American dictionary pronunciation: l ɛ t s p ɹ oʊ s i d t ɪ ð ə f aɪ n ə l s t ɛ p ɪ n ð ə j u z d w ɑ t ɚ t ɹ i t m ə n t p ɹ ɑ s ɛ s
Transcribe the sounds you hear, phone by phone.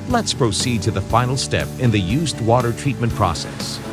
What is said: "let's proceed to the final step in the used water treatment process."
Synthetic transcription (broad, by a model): l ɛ t s p ɹ oʊ s i d t ɪ ð ə f aɪ n l s t ɛ p ɪ n ð ə j u z d w ɑ t ɚ t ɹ i t m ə n p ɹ ɑ s ɛ s